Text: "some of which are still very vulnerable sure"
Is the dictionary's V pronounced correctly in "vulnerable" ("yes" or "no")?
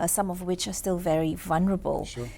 yes